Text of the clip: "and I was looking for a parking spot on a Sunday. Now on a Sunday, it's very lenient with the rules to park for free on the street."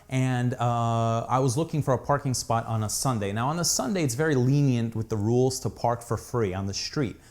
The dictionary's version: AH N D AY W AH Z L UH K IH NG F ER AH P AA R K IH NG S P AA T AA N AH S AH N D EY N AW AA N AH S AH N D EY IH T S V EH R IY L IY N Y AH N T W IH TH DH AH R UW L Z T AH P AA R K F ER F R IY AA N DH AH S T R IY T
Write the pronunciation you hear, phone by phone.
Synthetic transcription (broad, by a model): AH N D AY W AH Z L UH K IH NG F ER AH P AA R K IH NG S P AA T N AH S AH N D EY N AW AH N AH S AH N D EY IH T S V EH R IY L IY N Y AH N T W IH DH AH R UW L Z T AH P AA R K F ER F R IY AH N DH AH S T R IY T